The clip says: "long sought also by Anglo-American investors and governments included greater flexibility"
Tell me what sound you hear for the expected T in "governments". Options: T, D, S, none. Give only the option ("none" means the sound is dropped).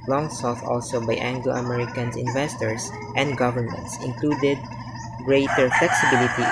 T